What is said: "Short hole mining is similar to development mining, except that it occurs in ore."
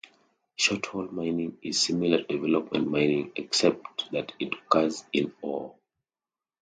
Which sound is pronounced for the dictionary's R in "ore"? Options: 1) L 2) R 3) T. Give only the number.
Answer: 1